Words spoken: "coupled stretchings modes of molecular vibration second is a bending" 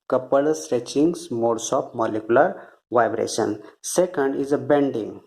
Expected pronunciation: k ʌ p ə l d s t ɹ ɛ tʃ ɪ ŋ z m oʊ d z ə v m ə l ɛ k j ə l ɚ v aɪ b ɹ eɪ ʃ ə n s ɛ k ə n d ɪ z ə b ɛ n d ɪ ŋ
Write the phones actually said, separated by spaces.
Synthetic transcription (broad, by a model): k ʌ p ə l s t ɹ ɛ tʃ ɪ ŋ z m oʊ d s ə p m ə l ɛ k j ə l ɚ v aɪ b ɹ eɪ ʃ ə n s ɛ k ə n d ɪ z ə b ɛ n d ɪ ŋ